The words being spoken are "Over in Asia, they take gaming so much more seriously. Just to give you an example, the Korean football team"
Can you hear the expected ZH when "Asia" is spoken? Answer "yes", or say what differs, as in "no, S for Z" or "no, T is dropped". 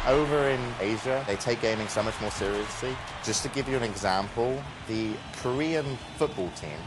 yes